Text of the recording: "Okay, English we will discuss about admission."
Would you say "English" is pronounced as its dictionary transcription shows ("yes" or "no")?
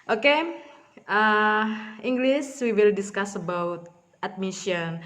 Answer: no